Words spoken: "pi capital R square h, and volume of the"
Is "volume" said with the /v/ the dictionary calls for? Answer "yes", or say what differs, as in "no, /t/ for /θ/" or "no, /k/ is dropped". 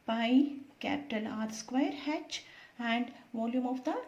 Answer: yes